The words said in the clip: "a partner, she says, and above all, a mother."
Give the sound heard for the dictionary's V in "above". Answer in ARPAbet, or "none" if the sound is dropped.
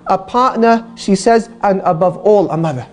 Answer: V